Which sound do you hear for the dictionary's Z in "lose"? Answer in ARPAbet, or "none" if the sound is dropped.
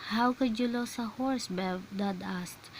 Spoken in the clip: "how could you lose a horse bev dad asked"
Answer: S